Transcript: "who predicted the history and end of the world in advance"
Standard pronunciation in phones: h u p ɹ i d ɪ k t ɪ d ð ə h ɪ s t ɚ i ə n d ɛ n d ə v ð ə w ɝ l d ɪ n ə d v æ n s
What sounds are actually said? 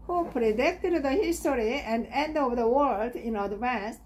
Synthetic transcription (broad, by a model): h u p ɹ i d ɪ k t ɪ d ð ə h ɪ s t ɚ i ə n d ɛ n d ə v ð ə w ɝ l d ɪ n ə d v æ n s